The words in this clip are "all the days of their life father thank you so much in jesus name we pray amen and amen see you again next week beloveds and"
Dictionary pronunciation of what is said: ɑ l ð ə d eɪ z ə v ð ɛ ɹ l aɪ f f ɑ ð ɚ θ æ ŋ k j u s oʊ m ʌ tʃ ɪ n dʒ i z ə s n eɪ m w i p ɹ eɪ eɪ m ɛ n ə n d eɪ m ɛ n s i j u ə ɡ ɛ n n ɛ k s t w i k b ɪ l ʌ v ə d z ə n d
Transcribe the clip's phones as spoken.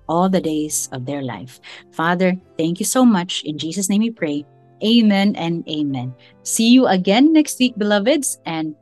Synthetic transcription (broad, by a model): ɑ l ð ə d eɪ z ə v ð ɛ ɹ l aɪ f f ɑ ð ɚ θ æ ŋ k j u s oʊ m ʌ tʃ ɪ n dʒ i s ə s n eɪ m w i p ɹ eɪ eɪ m ɛ n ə n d eɪ m ɛ n s i j u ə ɡ ɛ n n ɛ k s t w i k b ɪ l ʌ v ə d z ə n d